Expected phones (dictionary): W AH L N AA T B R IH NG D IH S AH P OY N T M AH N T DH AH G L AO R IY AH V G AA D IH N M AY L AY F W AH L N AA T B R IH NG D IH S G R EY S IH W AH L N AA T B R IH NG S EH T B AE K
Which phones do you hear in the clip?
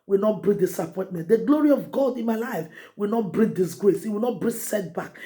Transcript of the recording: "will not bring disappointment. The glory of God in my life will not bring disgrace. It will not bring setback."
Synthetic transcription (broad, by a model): W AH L N AA T B R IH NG D IH S AH P OY N T M AH N T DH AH G L AO R IY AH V G AA D IH N M AY L AY F W AH L N AA T B R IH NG D IH S G R EY S IH W AH L N AA T B R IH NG S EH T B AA K